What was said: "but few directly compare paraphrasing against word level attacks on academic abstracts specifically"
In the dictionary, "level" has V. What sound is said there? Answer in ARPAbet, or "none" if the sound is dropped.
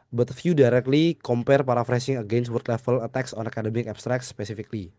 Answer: F